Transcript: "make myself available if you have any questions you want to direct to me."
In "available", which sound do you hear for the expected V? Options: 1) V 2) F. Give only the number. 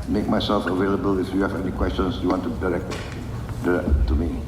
1